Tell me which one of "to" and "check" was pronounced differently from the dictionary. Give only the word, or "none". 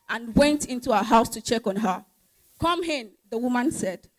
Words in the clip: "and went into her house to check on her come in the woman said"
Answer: none